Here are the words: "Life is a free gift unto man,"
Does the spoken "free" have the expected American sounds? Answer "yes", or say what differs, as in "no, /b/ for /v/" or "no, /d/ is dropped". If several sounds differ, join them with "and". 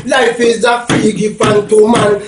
no, /ɹ/ is dropped